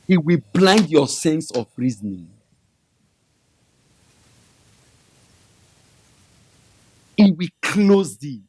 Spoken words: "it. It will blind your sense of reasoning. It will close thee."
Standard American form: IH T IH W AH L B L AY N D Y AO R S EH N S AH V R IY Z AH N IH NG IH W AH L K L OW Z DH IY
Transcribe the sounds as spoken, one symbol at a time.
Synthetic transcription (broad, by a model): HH IH W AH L B L AY N D Y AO S EH N S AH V R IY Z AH N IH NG IH W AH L K L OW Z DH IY